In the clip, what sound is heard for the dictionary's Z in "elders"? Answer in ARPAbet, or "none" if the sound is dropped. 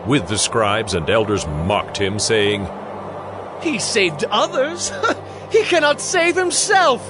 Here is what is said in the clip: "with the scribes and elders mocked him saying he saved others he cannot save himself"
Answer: Z